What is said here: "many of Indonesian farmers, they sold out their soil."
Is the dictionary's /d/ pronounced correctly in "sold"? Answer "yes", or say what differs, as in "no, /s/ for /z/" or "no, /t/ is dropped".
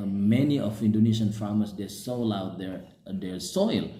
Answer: no, /d/ is dropped